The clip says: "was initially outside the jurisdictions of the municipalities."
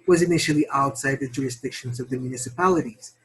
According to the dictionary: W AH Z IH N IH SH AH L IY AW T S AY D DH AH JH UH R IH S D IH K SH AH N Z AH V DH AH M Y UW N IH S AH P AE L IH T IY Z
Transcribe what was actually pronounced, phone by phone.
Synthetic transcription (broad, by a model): W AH Z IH N IH SH L IY AW T S AY D DH AH JH UH R IH S D IH K SH AH N Z AH V DH AH M Y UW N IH S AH P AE L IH T IY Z